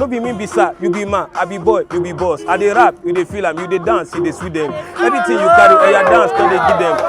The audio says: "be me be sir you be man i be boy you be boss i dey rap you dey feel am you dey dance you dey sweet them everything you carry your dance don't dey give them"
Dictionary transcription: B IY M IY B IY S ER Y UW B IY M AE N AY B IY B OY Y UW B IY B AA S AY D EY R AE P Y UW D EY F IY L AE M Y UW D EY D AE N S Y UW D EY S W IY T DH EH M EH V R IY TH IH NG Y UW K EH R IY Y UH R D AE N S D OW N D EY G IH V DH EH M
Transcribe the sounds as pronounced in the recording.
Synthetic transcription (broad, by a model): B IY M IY B IY S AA Y UW B IY M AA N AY B IY B OY Y UW B IY B AA S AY D EY R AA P Y UW D EY F IY L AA M Y UW D EY D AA N S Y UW D EY S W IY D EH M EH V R IY T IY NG Y UW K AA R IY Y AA D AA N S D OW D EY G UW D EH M